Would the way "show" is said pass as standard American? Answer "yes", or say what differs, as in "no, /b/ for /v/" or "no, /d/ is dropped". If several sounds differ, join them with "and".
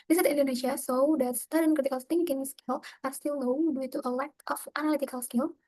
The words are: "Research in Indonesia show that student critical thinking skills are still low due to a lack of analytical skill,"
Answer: no, /s/ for /ʃ/